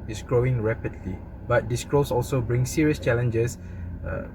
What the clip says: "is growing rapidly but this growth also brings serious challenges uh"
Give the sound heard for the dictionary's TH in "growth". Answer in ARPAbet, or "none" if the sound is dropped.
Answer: S